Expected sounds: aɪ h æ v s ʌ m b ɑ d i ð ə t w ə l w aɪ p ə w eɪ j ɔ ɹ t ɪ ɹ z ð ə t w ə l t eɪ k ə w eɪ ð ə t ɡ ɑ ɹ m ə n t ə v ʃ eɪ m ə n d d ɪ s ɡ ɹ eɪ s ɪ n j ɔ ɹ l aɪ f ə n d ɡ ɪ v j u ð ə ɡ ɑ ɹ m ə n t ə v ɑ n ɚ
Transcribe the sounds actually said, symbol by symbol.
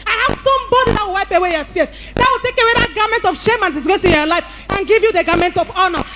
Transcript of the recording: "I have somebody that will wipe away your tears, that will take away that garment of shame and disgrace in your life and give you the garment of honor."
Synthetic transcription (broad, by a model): aɪ h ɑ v s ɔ m b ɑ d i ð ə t w ə l w aɪ p ə w eɪ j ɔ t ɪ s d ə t w ə l t eɪ k ə w eɪ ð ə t ɡ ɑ m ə n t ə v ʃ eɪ m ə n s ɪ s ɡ ɔ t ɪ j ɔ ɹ l aɪ f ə n ɡ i v j u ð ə ɡ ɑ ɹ m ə n t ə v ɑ n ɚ